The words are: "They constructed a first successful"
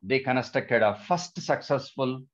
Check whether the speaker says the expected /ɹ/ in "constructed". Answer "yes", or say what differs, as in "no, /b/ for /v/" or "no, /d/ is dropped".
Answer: no, /ɹ/ is dropped